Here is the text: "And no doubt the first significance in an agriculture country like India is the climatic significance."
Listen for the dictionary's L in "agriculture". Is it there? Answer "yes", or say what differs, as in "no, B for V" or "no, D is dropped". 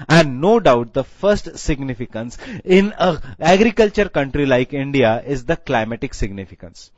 yes